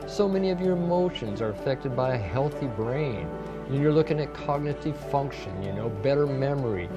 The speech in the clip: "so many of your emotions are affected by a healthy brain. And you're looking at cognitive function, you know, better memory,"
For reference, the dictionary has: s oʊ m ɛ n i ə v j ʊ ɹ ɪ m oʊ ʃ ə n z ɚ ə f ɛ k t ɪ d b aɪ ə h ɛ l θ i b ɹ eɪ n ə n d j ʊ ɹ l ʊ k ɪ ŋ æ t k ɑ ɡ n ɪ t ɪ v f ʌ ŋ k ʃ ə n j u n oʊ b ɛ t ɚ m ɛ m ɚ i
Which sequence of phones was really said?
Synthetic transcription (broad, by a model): s oʊ m ɛ n i ə v j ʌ ɹ ɪ m oʊ ʃ ə n z ɚ ə f ɛ k t ɪ d b aɪ ə h ɛ l θ i b ɹ eɪ n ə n j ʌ ɹ l ʊ k ɪ ŋ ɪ t k ɑ ɡ n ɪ t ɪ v f ʌ ŋ k ʃ ə n j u n oʊ b ɛ t ɚ m ɛ m ɚ i